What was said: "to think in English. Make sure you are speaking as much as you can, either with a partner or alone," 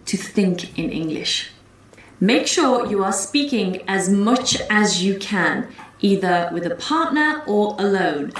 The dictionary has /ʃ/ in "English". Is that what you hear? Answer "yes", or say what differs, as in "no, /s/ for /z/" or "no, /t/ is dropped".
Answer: yes